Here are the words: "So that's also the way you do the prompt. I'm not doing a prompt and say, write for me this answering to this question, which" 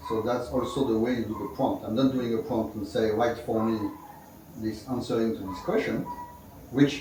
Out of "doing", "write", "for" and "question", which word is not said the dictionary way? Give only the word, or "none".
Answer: none